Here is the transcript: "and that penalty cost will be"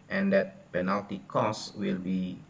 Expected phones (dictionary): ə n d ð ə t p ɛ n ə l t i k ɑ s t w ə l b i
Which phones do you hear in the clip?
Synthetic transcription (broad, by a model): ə n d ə t p ɛ n ə l t i k ɑ s w ə l b i